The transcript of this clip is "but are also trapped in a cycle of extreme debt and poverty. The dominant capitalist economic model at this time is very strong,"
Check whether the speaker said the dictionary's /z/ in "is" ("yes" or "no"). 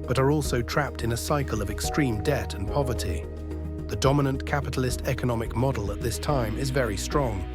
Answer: yes